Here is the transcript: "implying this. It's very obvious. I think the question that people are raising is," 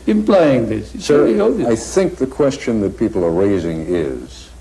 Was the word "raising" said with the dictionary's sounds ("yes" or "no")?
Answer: yes